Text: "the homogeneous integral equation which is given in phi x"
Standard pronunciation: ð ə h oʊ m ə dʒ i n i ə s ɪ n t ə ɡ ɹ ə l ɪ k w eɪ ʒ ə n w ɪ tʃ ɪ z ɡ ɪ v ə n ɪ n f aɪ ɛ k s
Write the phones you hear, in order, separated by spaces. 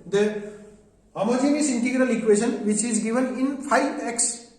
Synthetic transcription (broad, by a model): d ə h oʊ m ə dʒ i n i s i n t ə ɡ ɹ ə l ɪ k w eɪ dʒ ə n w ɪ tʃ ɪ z ɡ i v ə n ɪ n p aɪ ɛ k s